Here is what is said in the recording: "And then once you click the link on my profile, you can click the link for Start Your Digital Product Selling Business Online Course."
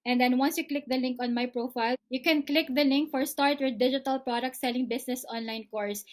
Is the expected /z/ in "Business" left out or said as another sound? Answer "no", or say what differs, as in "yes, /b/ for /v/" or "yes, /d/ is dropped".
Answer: yes, /s/ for /z/